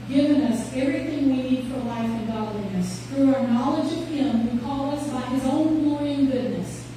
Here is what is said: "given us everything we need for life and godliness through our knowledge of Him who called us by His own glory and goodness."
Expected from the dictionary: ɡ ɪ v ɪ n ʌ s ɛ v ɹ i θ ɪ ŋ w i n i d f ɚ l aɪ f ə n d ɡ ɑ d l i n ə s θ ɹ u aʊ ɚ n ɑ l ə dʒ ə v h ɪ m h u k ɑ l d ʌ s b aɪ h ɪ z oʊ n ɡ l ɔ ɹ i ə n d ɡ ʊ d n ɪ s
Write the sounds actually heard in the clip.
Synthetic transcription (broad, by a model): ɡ ɪ v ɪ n ʌ s ɛ v ɹ i θ ɪ ŋ w i n i d f ɚ l aɪ f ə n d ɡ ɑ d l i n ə s θ ɹ u aʊ ɚ n ɑ l ə dʒ ə v h ɪ m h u k ɑ l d ʌ s b aɪ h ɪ z oʊ n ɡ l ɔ ɹ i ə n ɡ ʊ d n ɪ s